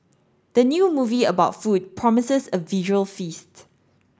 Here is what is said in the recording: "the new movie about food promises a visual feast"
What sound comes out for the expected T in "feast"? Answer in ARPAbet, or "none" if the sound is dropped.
T